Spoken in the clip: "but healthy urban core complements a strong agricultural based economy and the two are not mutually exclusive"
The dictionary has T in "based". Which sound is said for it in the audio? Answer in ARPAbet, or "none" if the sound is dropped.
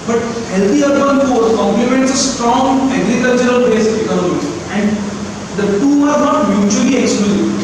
none